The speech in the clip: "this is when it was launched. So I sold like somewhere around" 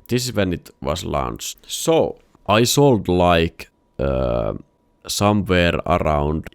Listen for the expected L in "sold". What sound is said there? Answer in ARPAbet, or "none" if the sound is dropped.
L